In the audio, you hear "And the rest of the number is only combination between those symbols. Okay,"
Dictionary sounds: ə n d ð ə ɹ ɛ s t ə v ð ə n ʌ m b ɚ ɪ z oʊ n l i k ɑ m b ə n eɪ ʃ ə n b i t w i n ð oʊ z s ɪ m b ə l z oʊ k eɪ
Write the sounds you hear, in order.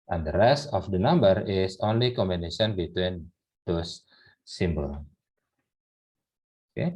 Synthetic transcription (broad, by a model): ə n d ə ɹ ɛ s t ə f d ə n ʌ m b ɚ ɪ s oʊ n l i k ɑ m b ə n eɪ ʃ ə n b i t w i n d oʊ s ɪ m b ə l oʊ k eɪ